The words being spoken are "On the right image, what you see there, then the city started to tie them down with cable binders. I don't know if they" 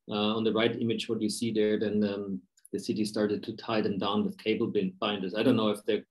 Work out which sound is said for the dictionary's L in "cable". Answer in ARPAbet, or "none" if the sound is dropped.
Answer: N